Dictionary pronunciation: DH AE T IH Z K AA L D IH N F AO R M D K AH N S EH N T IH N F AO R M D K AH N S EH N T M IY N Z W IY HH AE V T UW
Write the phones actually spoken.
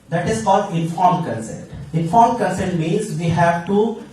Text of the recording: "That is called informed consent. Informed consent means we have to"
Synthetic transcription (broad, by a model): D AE T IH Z K AA L D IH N F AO R M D K AH N S EH N T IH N F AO R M K AH N S EH N T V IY Z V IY HH AE V T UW